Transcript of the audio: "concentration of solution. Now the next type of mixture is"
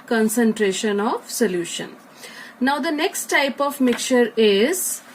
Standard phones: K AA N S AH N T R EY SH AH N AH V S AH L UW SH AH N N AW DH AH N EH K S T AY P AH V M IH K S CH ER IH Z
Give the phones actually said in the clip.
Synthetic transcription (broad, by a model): K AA N S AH N T R EY SH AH N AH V S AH L UW SH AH N N AW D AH N EH K S T AY P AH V M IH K CH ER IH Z